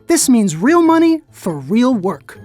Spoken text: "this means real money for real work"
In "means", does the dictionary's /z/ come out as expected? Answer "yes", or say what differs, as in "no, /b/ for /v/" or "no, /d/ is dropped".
yes